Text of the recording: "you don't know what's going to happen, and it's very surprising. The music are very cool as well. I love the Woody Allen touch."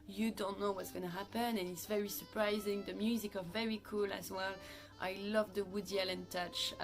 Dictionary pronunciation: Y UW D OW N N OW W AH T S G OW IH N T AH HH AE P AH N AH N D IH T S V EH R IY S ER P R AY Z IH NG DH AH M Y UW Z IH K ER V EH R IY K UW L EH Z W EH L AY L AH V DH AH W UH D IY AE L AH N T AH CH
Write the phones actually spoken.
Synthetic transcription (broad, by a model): Y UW D OW N N OW W AH T S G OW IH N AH HH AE P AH N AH N IH T S V EH R IY S ER P R AY Z IH NG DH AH M Y UW Z IH K ER V EH R IY K UW L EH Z W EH L AY L AH V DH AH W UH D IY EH L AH N T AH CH